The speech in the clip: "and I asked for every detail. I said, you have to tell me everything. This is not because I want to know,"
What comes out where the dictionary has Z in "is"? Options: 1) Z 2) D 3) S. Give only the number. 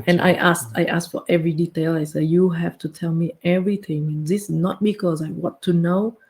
3